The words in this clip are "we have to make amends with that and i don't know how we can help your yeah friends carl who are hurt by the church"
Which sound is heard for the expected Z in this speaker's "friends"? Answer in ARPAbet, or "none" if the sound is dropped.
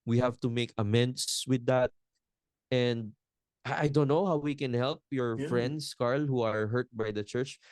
S